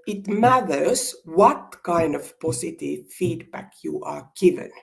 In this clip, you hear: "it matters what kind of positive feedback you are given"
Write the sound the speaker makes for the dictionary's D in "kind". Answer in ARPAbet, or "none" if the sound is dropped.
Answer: D